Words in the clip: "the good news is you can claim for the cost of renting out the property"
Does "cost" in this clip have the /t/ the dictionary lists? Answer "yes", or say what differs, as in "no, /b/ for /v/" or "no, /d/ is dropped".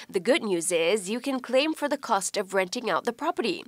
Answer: yes